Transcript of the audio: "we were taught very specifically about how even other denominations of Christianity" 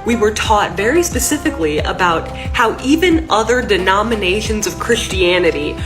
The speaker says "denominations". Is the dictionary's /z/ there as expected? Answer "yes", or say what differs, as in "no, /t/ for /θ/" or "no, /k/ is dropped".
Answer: yes